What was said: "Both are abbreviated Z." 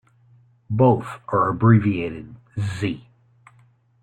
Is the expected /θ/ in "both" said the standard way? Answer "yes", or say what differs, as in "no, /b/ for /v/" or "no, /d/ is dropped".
yes